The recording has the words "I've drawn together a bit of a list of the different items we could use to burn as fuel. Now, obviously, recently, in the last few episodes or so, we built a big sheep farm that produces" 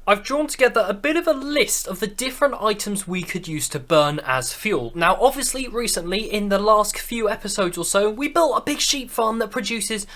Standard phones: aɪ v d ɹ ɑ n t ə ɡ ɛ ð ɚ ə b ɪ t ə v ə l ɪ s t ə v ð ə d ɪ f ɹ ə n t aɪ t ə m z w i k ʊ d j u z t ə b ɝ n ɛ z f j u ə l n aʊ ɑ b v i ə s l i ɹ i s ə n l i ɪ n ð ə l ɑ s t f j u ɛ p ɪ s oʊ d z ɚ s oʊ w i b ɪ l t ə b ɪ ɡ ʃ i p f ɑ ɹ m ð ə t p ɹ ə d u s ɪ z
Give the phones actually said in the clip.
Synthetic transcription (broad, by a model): aɪ v d ɹ ɑ n t ə ɡ ɛ ð ɚ ə b ɪ t ə v ə l ɪ s t ə v ð ə d ɪ f ɹ ə n t aɪ t ə m z w i k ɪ d j u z t ə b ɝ n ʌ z f j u l n aʊ ɑ b v i ə s l i ɹ i s ə n l i ɪ n ð ə l ɑ s t f j u ɛ p ɪ s oʊ d z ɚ s oʊ w i b ɪ l t ə b ɪ ɡ ʃ i p f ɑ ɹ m ð ə t p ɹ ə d u s ɪ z